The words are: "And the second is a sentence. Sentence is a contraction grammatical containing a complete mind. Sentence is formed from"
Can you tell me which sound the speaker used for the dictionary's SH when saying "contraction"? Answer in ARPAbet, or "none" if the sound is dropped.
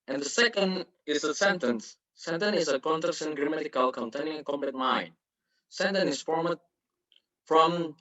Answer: S